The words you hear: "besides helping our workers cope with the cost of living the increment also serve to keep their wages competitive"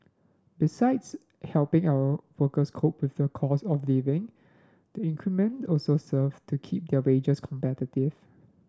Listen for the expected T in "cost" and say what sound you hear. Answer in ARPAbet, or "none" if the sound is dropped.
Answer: none